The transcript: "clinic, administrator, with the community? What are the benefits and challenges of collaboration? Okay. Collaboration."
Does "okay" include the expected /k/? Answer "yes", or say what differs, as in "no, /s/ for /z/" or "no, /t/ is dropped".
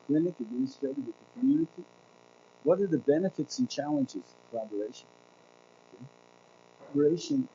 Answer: no, /k/ is dropped